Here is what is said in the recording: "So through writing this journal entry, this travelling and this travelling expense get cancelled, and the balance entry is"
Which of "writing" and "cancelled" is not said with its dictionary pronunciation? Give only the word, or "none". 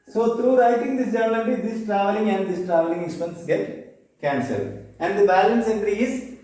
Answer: cancelled